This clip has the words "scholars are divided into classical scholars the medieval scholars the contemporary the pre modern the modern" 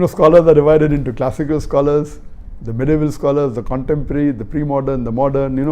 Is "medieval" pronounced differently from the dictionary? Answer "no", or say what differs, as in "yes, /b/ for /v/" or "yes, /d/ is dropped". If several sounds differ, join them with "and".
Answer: no